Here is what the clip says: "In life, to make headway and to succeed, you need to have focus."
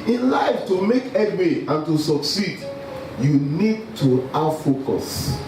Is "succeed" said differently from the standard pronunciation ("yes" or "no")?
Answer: no